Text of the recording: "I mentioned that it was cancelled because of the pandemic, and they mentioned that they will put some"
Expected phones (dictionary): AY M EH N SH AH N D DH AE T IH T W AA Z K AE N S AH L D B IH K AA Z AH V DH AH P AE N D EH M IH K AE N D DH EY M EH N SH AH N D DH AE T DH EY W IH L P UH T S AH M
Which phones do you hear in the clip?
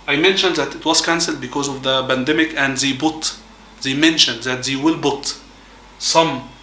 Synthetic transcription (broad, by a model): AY M EH N SH AH N D DH AE T IH T W AA Z K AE N S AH L D B IH K AA Z AH V DH AH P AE N D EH M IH K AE N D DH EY M EH N SH AH N D DH AE T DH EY W IH L B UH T S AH M